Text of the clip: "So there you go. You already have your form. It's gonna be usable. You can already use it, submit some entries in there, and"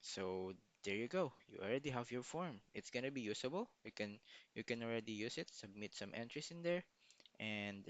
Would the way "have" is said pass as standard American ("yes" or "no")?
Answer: yes